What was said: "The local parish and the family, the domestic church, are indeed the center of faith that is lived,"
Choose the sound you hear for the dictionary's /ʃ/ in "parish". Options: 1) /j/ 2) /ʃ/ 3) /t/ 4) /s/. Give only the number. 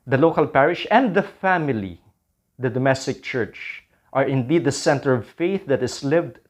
2